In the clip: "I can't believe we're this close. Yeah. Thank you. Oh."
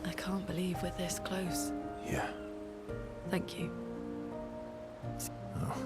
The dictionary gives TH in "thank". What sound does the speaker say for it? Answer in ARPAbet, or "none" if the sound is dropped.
TH